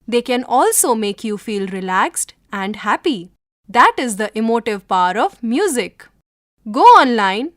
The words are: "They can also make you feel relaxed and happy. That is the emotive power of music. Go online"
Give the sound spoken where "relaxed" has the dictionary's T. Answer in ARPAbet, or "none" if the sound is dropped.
T